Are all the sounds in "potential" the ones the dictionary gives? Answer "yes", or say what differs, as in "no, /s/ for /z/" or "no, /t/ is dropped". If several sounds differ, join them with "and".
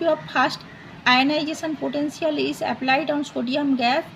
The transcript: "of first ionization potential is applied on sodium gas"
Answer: no, /s/ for /ʃ/